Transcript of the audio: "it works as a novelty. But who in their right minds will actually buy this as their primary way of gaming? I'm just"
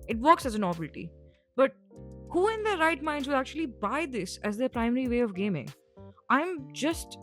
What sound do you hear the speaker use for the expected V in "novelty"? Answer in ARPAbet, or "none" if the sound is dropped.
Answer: B